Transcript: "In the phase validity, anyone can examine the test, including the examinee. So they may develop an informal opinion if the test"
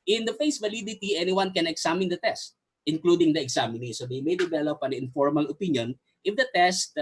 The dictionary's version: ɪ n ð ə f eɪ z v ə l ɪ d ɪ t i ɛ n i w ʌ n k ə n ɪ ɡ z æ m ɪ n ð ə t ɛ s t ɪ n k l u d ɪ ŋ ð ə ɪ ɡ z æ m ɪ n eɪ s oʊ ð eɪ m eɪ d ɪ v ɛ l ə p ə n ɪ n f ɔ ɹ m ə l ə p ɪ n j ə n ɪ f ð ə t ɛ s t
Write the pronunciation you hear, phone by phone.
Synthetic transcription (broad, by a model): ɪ n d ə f eɪ s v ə l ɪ d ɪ t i ɛ n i w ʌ n k ə n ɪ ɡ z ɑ m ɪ n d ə t ɛ s t ɪ n k l u d ɪ ŋ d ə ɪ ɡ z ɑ m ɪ n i s oʊ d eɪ m eɪ d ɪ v ɛ l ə p ə n ɪ n f ɔ ɹ m ə l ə p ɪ n j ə n ɪ f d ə t ɛ s t